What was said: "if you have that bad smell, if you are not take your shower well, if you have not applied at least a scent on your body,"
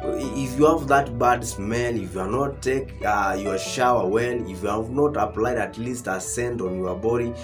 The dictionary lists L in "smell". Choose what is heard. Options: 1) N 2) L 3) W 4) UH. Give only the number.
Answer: 1